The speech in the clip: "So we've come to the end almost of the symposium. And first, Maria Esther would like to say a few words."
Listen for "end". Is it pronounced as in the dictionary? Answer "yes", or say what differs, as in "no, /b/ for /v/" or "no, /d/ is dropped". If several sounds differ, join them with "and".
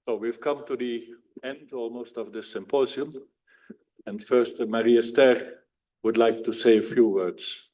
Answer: yes